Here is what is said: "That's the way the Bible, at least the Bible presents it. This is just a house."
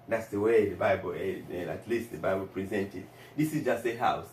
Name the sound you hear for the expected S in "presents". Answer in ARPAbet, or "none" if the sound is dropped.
none